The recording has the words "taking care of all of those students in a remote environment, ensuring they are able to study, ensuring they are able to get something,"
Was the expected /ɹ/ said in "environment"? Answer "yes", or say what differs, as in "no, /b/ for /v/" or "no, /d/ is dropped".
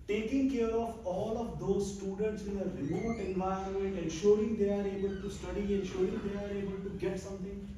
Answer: no, /ɹ/ is dropped